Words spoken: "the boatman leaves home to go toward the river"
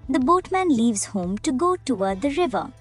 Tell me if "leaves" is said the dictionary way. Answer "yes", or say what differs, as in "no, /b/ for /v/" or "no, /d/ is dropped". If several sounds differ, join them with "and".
yes